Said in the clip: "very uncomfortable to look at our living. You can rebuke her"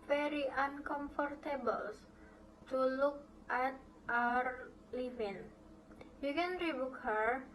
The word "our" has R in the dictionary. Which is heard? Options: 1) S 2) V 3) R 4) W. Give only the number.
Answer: 3